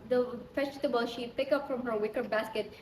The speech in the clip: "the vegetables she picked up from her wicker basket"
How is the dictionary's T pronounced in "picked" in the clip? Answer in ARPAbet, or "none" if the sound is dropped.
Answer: none